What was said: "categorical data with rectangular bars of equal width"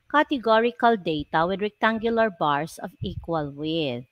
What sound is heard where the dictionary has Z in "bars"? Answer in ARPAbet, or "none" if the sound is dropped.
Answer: S